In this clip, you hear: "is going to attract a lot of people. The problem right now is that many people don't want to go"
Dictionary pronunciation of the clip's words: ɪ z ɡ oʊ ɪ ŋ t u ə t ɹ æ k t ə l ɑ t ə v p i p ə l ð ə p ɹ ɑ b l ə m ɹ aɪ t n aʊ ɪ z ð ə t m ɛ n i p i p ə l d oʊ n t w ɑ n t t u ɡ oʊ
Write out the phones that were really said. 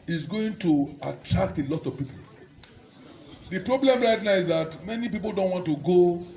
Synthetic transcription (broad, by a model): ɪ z ɡ oʊ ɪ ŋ t u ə t ɹ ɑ k t ə l ɑ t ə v p i p ə l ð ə p ɹ ɑ b l ə m ɹ aɪ t n aʊ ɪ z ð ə t m ɛ n i p i p ə l d oʊ n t w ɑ n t t u ɡ oʊ